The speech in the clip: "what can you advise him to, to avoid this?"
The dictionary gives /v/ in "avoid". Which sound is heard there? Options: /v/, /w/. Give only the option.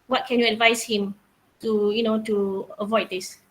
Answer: /v/